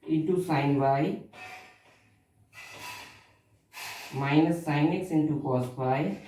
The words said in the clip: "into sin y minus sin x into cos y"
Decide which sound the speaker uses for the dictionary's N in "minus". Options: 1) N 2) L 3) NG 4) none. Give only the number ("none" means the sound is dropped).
1